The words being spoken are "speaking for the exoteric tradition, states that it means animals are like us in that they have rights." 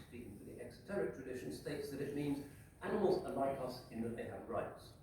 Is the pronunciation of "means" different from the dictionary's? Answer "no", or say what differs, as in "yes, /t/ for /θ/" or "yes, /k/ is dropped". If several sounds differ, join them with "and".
no